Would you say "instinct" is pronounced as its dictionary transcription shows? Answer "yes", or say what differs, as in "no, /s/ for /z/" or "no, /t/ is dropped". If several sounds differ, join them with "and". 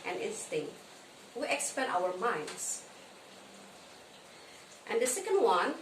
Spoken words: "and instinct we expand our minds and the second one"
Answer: yes